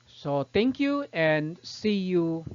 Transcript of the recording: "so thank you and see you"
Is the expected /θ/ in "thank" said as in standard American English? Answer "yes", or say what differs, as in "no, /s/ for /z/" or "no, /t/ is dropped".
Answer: no, /t/ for /θ/